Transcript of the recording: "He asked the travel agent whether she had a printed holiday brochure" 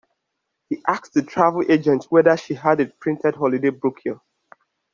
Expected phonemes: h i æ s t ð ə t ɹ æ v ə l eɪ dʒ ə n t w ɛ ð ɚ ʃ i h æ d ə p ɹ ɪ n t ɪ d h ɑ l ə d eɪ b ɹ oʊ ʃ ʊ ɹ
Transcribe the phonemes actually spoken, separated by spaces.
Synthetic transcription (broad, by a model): h i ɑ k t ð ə t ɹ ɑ v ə l eɪ dʒ ə n t w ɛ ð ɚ ʃ i h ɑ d ə p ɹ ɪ n t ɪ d h ɑ l ə d eɪ b ɹ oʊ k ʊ